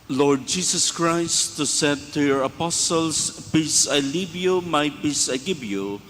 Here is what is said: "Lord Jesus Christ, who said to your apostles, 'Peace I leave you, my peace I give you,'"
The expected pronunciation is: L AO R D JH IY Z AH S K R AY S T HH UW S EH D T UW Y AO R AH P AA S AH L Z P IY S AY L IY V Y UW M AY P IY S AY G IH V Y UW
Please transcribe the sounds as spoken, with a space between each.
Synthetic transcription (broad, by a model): L AO R D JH IY S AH S K R AY S T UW S EH D T UW Y AO R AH P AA S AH L S P IY S AY L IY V Y UW M AY P IY S AY G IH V Y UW